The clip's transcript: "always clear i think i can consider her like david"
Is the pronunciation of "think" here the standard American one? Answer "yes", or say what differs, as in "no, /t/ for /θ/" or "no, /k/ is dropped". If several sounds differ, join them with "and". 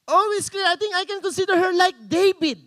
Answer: no, /t/ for /θ/